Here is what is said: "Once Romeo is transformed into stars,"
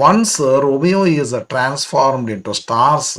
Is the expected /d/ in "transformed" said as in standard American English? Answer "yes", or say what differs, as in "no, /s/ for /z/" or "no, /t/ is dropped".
yes